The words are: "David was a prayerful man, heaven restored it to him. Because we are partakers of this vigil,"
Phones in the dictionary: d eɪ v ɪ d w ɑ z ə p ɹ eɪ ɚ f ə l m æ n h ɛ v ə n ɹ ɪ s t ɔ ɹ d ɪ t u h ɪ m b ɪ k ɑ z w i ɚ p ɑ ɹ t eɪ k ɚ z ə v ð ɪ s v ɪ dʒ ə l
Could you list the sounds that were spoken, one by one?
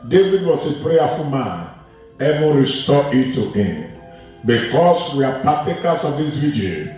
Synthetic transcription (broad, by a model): d eɪ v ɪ d w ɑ s ə p ɹ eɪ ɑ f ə m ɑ n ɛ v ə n ɹ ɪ s t ɔ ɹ ɪ t u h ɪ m b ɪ k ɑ s w i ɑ p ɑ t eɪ k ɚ s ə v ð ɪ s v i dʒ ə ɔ